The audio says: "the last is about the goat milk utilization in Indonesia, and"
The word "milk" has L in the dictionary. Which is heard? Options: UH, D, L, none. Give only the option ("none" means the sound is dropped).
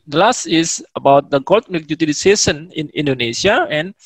none